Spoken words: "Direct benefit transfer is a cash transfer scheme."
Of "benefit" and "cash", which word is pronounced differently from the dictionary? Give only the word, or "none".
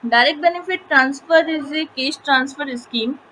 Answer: cash